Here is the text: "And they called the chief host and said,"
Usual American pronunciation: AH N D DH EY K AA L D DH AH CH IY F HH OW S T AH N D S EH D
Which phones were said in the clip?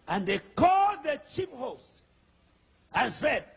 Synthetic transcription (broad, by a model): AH N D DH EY K AA L D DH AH CH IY P HH OW S T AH N S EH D